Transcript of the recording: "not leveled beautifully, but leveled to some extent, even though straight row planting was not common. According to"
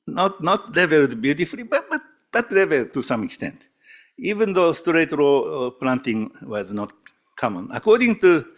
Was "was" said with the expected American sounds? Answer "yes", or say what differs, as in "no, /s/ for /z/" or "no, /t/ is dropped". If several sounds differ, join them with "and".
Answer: yes